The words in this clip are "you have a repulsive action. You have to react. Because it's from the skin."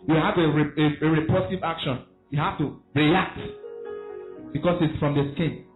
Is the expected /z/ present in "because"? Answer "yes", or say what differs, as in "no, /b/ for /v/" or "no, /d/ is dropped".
no, /s/ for /z/